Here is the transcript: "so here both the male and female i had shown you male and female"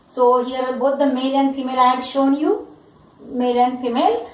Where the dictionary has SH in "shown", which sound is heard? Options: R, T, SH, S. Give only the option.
SH